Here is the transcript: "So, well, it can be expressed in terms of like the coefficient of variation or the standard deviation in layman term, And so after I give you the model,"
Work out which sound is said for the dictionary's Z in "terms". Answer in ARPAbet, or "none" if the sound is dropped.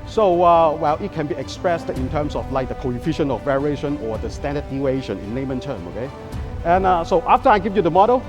S